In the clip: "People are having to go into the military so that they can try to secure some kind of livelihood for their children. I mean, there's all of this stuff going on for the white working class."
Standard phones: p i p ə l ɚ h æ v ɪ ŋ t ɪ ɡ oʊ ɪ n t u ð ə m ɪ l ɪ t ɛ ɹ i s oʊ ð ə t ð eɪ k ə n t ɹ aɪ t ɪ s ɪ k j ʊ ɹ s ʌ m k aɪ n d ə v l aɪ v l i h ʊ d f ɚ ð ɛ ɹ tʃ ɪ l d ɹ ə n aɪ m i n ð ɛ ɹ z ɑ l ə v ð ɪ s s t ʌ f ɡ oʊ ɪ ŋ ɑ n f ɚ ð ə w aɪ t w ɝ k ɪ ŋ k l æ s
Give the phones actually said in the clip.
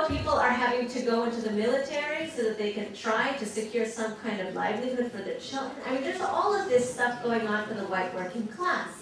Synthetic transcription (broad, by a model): p i p l ɚ h æ v ɪ ŋ t ɪ ɡ oʊ ɪ n t u ð ə m ɪ l ɪ t ɛ ɹ i s oʊ ð ə t ð eɪ k ə n t ɹ aɪ t ɪ s ɪ k j ʊ ɹ s ʌ m k aɪ n d ə v l aɪ v l i h ʊ d f ɚ ð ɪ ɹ tʃ ɪ l d ɹ ə n aɪ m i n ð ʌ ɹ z ɑ l ə v ð ɪ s s t ʌ f ɡ oʊ ɪ ŋ ɑ n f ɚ ð ə w aɪ t w ɝ k ɪ ŋ k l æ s